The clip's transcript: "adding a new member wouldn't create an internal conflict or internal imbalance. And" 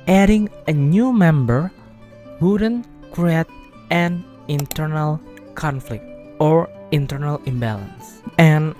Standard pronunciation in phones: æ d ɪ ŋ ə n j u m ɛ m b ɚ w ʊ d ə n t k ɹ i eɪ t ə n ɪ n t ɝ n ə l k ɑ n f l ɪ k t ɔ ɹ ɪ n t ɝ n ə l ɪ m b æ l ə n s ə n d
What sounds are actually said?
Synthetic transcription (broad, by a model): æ d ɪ ŋ ə n j u m ɛ m b ɚ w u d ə n k ɹ i eɪ t ə n ɪ n t ɝ n ə l k ɑ n f l ɪ k t ɔ ɹ ɪ n t ɝ n ə l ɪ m b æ l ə n s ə n